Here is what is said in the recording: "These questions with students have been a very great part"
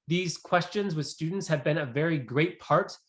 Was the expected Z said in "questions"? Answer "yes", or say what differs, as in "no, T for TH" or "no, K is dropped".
yes